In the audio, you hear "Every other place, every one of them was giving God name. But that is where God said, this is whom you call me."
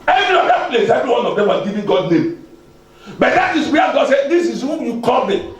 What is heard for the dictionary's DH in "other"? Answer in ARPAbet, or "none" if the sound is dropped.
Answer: none